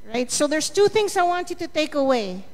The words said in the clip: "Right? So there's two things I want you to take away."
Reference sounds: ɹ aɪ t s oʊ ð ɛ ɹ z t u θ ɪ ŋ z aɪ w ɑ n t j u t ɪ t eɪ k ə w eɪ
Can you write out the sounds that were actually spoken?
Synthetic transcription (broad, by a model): ɹ aɪ t s oʊ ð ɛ ɹ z t u θ ɪ ŋ z aɪ w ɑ n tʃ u t ɪ t eɪ k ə w eɪ